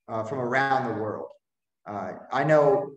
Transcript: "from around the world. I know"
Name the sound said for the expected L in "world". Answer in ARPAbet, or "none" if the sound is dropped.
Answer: L